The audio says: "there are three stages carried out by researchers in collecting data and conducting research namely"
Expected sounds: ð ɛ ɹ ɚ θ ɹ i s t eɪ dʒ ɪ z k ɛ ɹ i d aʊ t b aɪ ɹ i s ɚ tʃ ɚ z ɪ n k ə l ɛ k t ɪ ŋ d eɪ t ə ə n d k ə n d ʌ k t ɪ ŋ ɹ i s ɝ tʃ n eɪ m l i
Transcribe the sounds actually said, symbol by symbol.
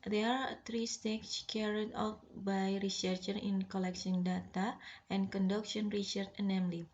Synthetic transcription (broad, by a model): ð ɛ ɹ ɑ t ɹ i s t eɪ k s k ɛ ɹ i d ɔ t b aɪ ɹ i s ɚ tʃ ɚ ɪ n k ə l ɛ k s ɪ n d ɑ t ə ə n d k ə n d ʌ k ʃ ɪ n ɹ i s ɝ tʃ n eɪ m l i